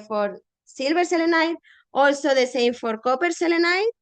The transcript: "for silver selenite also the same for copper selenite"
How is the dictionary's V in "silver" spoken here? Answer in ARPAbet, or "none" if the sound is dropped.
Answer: B